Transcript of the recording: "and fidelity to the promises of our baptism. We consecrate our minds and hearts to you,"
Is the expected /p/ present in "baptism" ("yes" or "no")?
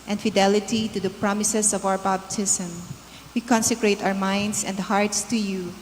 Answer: no